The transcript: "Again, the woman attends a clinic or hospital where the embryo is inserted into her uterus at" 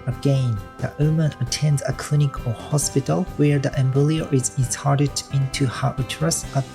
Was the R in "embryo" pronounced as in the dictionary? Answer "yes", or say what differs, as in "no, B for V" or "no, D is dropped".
no, L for R